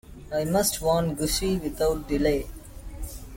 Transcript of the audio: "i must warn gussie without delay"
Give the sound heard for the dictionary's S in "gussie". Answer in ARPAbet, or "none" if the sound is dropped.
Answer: SH